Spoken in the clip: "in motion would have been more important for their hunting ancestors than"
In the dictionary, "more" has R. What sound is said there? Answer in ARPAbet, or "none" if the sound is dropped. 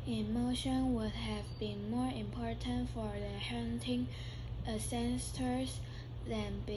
R